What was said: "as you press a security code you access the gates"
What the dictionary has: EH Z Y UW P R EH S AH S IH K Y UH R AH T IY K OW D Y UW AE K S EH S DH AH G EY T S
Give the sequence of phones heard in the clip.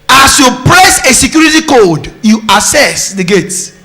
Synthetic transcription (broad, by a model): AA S Y UW P R EH S AH S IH K Y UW R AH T IY K OW D Y UW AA S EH S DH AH G EY T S